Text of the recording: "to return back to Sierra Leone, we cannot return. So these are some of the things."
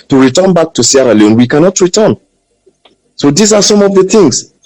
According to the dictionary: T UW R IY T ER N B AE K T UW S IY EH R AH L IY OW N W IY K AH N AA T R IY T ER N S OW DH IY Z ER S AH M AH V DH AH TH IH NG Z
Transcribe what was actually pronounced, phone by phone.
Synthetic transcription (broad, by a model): T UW R IY T ER N B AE K T UW S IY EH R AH L IY OW N W IY K AH N AA T R IY T ER N S OW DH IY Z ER S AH M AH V DH AH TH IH NG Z